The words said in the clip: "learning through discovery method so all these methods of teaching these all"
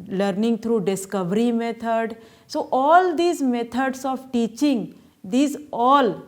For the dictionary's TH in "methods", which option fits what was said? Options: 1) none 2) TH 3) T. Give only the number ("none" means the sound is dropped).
3